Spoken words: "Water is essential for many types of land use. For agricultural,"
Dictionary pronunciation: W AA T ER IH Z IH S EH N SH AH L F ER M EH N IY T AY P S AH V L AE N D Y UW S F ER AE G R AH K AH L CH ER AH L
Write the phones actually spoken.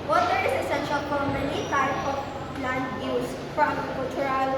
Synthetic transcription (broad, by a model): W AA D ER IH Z IH S EH N SH AH L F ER M EH N IY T AY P AH P L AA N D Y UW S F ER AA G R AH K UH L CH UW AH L